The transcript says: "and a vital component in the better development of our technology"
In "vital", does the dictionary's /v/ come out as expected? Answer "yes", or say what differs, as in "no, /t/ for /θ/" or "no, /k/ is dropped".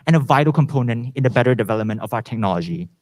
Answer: yes